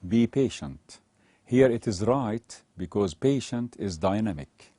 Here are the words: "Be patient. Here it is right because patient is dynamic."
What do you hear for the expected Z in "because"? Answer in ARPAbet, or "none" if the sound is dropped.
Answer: Z